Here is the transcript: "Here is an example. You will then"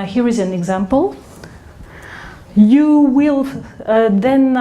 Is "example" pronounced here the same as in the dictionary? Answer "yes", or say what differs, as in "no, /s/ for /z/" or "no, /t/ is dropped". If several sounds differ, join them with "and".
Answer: yes